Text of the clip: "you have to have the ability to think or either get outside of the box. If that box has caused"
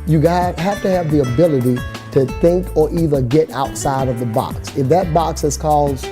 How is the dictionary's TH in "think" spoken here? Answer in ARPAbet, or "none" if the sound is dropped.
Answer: TH